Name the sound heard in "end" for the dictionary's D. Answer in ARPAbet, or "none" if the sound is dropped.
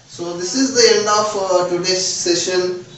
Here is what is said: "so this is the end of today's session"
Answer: D